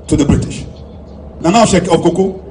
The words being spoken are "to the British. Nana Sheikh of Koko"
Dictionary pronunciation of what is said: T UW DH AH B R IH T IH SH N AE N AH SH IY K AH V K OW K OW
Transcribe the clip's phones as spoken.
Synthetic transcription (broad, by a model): T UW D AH B R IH T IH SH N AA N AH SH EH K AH B K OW K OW